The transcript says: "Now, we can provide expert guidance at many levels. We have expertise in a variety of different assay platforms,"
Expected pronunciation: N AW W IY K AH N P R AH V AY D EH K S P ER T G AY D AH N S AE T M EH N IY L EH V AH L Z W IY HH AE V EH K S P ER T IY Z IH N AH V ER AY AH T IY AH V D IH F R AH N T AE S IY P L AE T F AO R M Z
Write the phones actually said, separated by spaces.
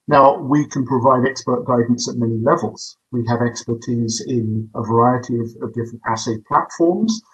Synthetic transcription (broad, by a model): N AW W IY K AH N P R AH V AY D EH K S P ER T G AY D N S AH T M EH N IY L EH V AH L Z W IY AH V EH K S P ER T IY Z IH N AH V ER AY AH T IY AH V D IH F R AH N T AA S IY P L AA T F AO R M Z